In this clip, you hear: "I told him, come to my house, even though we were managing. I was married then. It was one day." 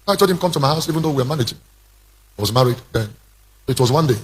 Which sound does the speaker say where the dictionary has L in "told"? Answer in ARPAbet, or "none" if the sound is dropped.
none